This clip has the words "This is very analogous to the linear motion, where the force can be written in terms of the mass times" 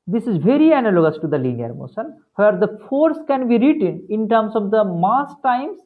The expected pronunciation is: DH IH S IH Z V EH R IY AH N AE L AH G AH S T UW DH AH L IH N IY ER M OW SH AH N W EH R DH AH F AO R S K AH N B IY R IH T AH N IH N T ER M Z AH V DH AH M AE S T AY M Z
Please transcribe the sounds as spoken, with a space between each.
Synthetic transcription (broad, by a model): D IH S IH Z V EH R IY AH N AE L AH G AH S T UW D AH L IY N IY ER M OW S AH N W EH R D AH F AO R S K AH N B IY R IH T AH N IH N T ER M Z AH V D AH M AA S T AY M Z